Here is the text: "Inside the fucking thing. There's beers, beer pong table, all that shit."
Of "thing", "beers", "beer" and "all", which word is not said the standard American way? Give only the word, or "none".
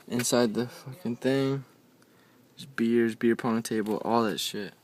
none